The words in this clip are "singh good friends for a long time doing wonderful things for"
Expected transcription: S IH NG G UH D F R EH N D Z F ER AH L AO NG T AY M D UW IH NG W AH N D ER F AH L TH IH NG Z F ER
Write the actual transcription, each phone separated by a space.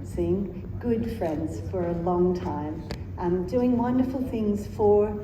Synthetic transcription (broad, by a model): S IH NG G UH D F R EH N D Z F ER AH L AO NG T AY M D UW IH NG W AH N D ER F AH L TH IH NG Z F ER